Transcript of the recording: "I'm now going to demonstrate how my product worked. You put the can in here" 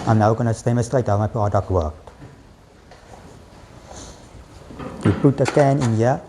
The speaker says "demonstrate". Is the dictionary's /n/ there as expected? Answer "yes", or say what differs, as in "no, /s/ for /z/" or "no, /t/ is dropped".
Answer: no, /n/ is dropped